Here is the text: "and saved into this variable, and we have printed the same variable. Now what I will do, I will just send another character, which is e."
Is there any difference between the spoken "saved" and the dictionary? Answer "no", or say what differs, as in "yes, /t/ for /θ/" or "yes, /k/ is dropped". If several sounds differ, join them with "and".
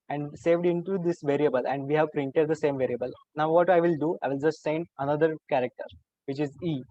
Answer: no